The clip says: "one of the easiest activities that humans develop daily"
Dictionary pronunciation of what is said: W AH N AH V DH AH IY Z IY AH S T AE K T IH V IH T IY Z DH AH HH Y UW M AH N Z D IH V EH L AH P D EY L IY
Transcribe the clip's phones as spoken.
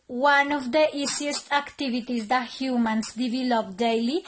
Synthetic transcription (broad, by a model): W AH N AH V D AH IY S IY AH S T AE K T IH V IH T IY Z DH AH HH Y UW M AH N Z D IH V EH L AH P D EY L IY